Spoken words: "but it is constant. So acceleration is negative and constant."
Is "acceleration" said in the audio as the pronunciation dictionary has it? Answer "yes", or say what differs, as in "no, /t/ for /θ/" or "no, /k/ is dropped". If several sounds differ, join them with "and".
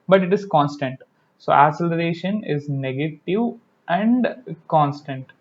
no, /k/ is dropped